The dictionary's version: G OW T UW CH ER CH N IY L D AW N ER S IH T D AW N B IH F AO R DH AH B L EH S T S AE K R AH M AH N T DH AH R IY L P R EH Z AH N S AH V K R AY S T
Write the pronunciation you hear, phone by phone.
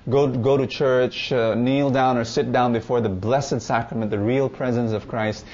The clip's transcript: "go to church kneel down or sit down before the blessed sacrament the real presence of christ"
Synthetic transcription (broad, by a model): G OW T UW CH ER CH N IY L D AW N ER S IH T D AW N B IH F AO R DH AH B L EH S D S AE K R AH M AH N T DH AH R IY L P R EH Z AH N S AH V K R AY S T